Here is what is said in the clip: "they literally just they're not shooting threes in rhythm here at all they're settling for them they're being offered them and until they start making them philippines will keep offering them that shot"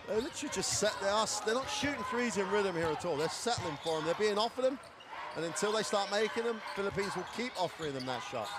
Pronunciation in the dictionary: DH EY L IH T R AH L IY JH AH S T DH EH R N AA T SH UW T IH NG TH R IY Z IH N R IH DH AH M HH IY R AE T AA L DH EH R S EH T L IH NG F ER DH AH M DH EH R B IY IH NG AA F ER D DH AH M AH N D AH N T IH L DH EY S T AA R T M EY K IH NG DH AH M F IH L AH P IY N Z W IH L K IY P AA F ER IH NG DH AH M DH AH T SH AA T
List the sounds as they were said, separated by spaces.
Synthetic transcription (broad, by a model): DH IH L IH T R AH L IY JH AH S T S EH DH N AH T SH UW T IH NG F R IY Z IH N R IH DH AH M HH IY R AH T AA L DH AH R S EH T L IH NG F ER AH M DH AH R B IY IH NG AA F ER DH AH M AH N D AH N T IH L DH EY S T AA R T M EY K IH NG DH AH M F IH L AH P IY N Z W IH L K IY P AA F ER IH NG DH AH M DH AH T SH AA T